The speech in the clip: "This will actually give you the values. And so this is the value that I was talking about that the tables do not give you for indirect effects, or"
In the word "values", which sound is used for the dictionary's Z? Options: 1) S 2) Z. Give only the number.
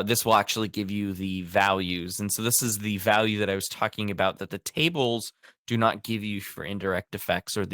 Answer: 2